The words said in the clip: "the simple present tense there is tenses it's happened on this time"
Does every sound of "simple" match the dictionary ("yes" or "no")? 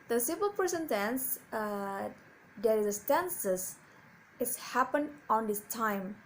no